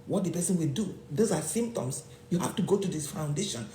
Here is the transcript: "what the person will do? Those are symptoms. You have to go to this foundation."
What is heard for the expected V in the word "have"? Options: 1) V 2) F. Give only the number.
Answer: 2